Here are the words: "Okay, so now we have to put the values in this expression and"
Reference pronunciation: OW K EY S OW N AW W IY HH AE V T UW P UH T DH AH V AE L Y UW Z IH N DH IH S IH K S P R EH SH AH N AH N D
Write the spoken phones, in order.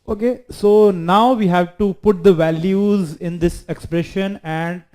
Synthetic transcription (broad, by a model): OW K EY S OW N AW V IY HH AE V T UW P UH T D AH V AE L Y UW Z IH N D IH S IH K S P R EH SH AH N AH N D